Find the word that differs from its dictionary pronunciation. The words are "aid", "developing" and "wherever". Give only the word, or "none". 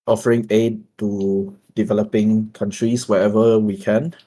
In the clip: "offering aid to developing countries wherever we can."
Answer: wherever